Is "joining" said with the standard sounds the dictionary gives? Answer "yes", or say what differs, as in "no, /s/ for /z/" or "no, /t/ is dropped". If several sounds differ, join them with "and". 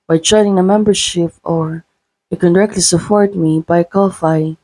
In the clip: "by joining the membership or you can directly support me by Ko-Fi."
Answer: no, /tʃ/ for /dʒ/